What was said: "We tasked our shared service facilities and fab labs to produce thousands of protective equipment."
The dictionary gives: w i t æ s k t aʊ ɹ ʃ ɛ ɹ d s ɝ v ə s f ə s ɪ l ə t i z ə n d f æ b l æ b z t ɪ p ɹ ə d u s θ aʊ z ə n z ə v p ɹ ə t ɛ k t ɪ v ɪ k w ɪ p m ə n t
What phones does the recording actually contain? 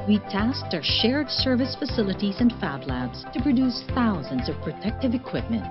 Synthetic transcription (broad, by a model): w i t æ s k t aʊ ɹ ʃ ɛ ɹ d s ɝ v ə s f ə s ɪ l ə t i z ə n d f æ b l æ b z t ɪ p ɹ ə d u s θ aʊ z ə n z ə v p ɹ ə t ɛ k t ɪ v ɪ k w ɪ p m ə n t